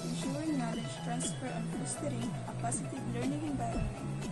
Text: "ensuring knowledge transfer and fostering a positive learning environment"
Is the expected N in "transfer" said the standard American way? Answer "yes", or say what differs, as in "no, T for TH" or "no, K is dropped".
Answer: yes